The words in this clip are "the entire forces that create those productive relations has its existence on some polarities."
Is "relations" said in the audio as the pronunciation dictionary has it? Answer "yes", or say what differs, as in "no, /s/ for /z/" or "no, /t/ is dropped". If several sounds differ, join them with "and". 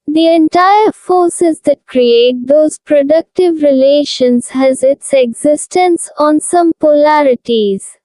yes